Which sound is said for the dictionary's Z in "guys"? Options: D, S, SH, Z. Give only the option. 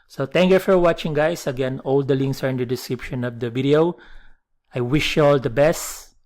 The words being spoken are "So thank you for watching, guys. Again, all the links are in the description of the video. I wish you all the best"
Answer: S